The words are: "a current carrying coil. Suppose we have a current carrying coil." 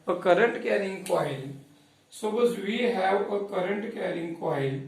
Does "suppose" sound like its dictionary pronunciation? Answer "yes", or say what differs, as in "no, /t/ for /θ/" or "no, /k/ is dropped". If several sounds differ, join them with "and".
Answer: no, /b/ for /p/